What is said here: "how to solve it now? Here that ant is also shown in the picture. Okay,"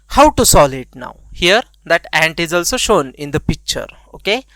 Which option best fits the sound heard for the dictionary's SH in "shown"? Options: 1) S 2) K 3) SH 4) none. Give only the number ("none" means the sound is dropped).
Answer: 3